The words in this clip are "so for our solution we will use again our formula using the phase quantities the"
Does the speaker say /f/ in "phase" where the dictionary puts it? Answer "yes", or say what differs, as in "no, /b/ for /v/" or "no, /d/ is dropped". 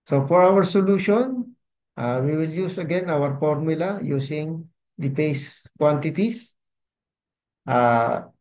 no, /p/ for /f/